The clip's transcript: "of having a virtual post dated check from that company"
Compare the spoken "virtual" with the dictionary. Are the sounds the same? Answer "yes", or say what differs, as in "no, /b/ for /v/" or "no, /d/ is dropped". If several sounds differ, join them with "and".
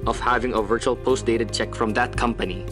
yes